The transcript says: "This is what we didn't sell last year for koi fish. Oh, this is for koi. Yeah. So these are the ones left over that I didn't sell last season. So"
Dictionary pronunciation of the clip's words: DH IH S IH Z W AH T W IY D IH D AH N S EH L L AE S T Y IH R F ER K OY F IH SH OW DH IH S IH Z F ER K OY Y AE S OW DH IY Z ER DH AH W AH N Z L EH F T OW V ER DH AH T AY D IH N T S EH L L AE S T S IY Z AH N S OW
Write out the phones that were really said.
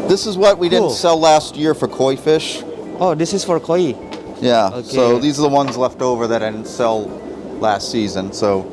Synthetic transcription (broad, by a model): DH IH S IH Z W AH T W IY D IH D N S EH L L AE S T Y IH R F ER K OY F IH SH OW DH IH S IH Z F ER K OY Y AE S OW DH IY Z ER DH AH W AH N Z L EH F T OW V ER DH AH T AY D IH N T S EH L L AE S T S IY Z AH N S OW